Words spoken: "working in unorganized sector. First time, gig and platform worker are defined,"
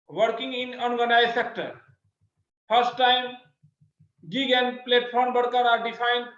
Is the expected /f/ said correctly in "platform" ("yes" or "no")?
no